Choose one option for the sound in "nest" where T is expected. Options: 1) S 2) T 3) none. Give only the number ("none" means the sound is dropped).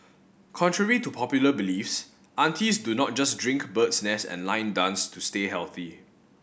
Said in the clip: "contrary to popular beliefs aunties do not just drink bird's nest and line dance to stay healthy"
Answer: 3